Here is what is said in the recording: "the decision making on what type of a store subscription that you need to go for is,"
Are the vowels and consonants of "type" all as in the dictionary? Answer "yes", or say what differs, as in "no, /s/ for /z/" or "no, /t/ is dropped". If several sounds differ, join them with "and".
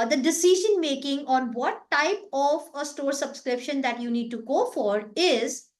yes